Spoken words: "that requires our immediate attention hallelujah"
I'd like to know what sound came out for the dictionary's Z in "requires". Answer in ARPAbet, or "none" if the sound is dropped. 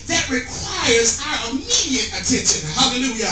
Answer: Z